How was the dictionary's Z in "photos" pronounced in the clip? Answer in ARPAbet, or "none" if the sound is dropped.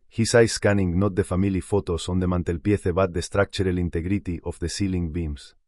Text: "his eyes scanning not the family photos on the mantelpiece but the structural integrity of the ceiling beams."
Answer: S